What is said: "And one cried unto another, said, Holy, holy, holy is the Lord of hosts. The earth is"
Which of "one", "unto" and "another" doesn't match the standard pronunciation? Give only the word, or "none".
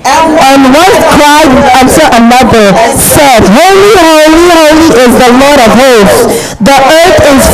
unto